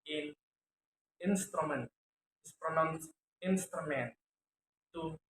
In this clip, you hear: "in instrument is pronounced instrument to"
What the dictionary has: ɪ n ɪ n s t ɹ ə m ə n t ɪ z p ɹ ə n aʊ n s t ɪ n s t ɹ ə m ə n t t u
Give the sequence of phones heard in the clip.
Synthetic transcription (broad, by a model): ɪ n ɪ n s t ɹ ə m ə n t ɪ s p ɹ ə n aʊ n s ɪ n s t ɹ ə m ə n t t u